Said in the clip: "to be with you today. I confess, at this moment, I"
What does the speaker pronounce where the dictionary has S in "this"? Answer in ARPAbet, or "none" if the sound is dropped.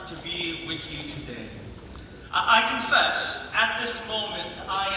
S